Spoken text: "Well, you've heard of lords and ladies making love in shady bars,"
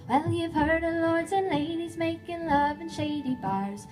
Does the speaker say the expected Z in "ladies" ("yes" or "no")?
yes